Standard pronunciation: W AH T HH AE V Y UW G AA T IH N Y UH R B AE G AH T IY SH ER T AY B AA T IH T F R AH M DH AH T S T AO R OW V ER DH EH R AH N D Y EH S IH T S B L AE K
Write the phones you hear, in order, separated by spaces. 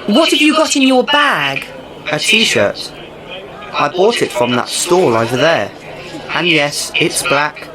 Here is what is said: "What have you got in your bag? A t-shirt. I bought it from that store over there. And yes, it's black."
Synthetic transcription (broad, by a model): W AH T HH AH V Y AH G AA T IH N Y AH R B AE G AH T IY SH ER T AY B AA T IH T F R AH M DH AH T S T AO L OW V ER DH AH R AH N Y EH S IH T S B L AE K